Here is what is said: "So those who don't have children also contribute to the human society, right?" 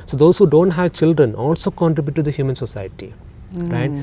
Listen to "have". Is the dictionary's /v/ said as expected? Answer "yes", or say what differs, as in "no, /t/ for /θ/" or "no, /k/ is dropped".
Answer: yes